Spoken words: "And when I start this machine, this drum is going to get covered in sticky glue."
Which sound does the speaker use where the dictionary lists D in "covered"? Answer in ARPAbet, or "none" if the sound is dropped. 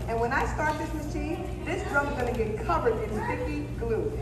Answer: D